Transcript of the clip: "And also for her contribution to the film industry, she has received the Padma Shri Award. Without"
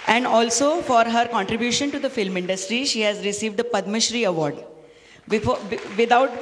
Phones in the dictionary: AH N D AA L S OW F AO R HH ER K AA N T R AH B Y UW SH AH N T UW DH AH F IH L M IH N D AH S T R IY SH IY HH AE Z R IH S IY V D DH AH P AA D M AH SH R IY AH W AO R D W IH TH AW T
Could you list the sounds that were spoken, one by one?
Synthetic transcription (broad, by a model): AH N D AA L S OW F AO R HH ER K AA N T R AH B Y UW SH AH N T UW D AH F IH L M IH N D AH S T R IY SH IY HH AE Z R IH S IY V D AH P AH D M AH SH R IY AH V AO R D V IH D AW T